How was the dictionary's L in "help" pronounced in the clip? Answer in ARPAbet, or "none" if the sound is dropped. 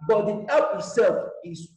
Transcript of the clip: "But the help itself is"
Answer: none